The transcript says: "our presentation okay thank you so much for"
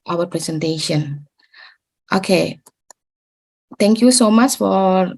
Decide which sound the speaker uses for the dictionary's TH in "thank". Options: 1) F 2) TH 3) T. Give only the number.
3